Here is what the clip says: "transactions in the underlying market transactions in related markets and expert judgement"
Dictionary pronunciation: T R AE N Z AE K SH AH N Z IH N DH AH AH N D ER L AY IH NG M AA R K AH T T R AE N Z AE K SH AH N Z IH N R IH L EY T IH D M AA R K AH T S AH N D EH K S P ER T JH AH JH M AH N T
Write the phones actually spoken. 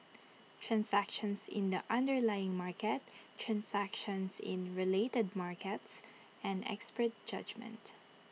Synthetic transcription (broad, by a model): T R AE N S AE K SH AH N S IH N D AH AH N D ER L AY IH NG M AA R K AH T T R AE N S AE K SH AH N S IH N R IH L EY T IH D M AA R K AH T S AH N D EH K S P ER T JH AH JH M AH N T